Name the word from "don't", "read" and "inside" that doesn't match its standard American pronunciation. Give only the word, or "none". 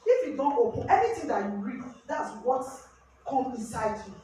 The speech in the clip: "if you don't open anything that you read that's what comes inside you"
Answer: none